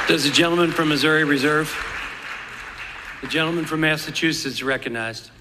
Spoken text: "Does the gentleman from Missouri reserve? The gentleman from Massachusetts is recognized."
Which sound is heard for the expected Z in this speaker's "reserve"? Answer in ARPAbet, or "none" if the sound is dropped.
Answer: Z